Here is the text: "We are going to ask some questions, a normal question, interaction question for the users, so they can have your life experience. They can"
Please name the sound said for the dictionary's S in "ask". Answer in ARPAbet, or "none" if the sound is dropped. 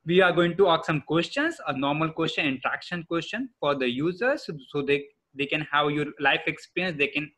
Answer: none